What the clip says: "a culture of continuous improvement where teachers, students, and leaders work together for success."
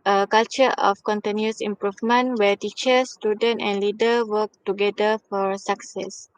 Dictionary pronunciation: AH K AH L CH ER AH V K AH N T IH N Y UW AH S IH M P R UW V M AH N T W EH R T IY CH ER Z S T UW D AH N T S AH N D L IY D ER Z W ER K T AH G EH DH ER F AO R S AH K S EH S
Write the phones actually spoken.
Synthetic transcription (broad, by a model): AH K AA L CH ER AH F K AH N T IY N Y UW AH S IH M P R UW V M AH N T W EH T IY CH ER S T UW D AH N T AH N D L IY D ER W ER K T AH G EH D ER F AO R S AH K S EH S